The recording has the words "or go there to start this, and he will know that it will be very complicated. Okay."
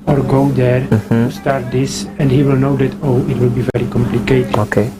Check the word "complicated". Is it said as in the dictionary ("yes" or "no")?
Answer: no